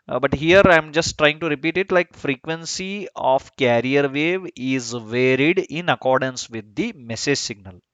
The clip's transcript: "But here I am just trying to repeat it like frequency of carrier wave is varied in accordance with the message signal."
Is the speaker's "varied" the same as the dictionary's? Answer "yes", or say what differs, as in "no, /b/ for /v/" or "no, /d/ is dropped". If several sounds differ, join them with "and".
yes